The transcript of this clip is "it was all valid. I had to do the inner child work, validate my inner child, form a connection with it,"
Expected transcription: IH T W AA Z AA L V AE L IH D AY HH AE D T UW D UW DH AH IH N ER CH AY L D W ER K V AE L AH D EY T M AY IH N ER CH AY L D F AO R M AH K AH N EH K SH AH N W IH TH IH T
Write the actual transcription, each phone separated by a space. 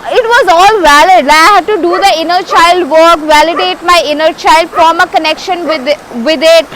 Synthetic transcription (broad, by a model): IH T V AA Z AA L V AE L IH D AY HH AE D T UW D UW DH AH IH N ER CH AY L D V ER K V AE L AH D EY T M AY IH N ER CH AY L D F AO M AH K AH N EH K SH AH N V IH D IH T